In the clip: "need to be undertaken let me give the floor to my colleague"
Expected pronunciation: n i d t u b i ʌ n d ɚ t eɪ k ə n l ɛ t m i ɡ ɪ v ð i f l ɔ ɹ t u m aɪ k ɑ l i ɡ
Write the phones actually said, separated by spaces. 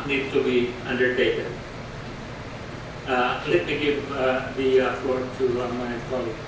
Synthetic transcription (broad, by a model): n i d t u b i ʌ n d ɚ t eɪ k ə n l ɛ t m i ɡ ɪ v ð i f ɔ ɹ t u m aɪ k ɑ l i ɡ